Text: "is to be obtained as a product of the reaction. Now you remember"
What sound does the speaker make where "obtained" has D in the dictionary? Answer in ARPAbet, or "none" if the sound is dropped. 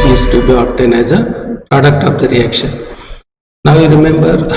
none